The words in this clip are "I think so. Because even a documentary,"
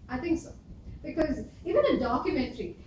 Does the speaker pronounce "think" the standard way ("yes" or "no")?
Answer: no